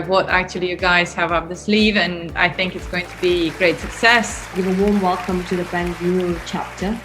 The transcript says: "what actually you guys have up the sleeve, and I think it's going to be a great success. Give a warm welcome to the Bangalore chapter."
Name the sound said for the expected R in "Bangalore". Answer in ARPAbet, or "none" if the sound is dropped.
L